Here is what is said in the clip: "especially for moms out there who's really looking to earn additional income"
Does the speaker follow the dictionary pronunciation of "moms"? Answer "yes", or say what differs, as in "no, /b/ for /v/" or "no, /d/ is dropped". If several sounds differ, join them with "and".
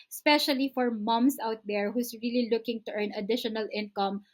no, /s/ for /z/